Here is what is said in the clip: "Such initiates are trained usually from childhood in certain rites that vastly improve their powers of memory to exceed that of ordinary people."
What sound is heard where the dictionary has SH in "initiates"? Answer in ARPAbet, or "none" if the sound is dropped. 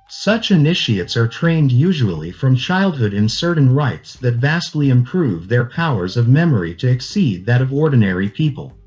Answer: SH